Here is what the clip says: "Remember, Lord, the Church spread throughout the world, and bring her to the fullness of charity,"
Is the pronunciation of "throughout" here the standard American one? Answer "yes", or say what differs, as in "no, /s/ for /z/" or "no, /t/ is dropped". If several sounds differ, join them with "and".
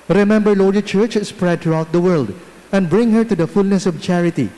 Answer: no, /t/ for /θ/